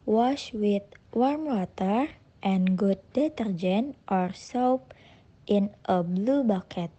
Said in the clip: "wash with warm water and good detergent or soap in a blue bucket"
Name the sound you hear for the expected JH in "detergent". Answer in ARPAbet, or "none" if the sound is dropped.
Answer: JH